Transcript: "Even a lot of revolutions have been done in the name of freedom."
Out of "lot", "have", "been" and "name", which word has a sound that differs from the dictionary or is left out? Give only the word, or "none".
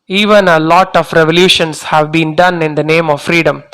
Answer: none